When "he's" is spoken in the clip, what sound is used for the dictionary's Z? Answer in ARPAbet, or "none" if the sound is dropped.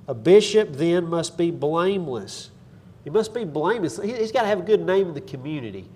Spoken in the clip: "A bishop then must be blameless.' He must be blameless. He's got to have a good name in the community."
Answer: Z